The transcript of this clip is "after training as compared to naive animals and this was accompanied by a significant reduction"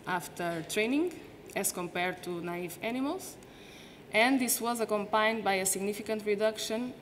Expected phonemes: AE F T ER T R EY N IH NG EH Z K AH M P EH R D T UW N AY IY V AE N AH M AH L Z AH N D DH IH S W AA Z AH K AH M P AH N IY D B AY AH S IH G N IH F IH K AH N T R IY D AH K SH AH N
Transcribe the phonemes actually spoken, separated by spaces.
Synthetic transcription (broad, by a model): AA F T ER T R EY N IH NG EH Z K AH M P EH R D T UW N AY IY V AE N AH M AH L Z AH N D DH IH S W AA Z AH K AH M P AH N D B AY AH S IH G N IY F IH K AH N T R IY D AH K SH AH N